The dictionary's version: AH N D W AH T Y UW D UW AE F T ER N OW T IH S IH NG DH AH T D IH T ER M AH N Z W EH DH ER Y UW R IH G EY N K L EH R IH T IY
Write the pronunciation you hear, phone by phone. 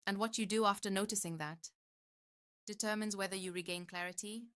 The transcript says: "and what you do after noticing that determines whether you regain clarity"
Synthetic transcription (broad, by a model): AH N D W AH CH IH D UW AE F T ER N OW T IH S IH NG DH AH T D IH T ER M AH N Z W EH DH ER Y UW R IH G EY N K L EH R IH T IY